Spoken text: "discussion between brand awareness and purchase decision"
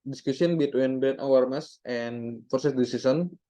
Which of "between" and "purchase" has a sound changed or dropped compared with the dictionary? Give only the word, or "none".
purchase